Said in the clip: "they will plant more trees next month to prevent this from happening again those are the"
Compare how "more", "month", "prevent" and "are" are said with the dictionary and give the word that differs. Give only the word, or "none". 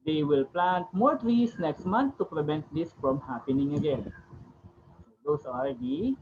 month